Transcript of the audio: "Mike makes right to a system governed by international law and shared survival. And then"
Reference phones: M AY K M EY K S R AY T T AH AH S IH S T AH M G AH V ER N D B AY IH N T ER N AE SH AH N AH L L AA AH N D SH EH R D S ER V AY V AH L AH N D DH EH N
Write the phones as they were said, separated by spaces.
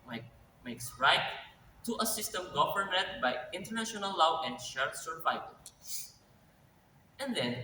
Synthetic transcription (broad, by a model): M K M EY K S R AY T T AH AH S IH S T AH M G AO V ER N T B AY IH N T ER N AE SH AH N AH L L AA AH N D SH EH R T S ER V AY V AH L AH N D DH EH N